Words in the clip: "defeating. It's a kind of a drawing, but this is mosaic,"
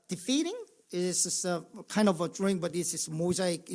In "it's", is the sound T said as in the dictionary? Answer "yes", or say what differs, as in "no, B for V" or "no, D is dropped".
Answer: no, S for T